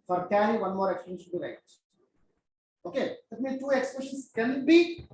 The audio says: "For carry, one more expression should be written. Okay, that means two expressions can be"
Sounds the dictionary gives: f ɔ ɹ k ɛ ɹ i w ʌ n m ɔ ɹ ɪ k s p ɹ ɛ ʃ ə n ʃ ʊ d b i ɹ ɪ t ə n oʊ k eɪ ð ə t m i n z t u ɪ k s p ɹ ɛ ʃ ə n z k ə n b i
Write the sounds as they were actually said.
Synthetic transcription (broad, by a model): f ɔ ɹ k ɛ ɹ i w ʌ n m ɔ ɹ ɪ k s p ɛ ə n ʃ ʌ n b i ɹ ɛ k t oʊ k eɪ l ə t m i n t u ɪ k s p ɛ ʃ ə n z k ə n b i